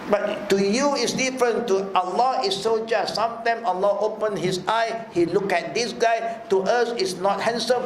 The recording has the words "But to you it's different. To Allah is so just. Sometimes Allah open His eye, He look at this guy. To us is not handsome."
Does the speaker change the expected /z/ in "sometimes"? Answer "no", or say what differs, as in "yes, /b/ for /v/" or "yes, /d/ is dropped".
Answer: yes, /z/ is dropped